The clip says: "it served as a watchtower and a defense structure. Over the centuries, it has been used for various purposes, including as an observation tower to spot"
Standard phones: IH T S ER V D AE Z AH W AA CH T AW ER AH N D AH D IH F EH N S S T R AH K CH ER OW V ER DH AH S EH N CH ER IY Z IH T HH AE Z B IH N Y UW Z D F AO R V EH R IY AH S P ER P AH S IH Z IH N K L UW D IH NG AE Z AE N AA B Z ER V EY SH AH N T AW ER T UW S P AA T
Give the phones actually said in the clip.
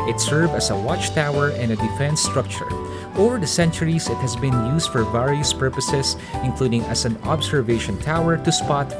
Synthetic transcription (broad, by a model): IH T S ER V AE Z AH W AA CH T AW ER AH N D AH D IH F EH N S S T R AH K CH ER OW V ER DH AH S EH N CH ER IY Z IH T HH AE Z B IH N Y UW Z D F AO R V EH R IY AH S P ER P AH S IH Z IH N K L UW D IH NG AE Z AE N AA B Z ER V EY SH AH N T AW ER T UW S P AA T